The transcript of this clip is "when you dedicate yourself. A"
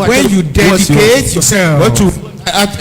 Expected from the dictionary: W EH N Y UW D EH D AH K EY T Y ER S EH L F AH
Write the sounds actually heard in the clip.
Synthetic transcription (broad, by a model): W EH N Y UW D EH D AH K EY T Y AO S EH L AH